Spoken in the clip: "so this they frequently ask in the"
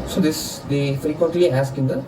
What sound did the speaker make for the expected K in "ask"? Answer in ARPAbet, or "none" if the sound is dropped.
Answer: K